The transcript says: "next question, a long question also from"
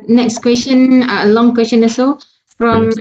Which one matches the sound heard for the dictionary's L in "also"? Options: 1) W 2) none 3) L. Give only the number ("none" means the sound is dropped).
2